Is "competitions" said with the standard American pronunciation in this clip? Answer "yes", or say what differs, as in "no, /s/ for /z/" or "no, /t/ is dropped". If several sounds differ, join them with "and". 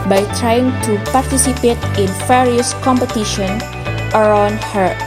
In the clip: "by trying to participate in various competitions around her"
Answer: no, /z/ is dropped